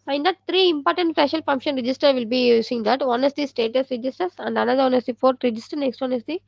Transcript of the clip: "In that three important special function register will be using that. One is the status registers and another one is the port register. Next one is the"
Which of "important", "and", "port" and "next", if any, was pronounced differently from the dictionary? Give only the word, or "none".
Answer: port